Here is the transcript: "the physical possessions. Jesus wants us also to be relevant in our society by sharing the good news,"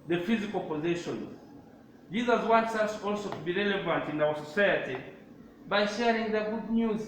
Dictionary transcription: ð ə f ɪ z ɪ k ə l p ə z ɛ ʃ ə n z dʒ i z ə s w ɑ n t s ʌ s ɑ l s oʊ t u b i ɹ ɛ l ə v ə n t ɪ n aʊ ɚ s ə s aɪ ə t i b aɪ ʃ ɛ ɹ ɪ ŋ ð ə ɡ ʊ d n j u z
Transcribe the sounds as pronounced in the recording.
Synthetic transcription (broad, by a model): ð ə f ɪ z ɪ k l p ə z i ʃ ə n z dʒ i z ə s w ɑ n t s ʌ s ɑ l s oʊ t u b i ɹ ɛ l ə v ə n t ɪ n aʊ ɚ s ə s aɪ ə t i b aɪ ʃ ɛ ɹ ɪ ŋ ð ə ɡ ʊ d n j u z